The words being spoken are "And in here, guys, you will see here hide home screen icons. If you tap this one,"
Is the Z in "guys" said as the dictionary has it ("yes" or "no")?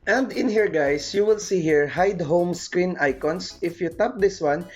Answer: no